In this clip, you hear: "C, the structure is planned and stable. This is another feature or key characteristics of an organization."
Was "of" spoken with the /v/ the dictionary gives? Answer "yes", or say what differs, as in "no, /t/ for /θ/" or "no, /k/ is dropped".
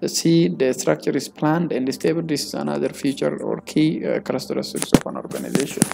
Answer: no, /f/ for /v/